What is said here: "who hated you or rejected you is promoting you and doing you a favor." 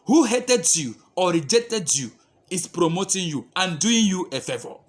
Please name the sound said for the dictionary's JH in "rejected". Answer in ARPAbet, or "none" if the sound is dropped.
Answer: JH